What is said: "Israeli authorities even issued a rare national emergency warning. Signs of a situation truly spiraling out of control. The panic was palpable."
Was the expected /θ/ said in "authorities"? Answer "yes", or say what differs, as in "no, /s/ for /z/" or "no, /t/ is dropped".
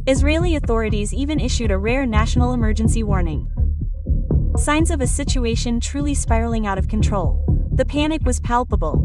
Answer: yes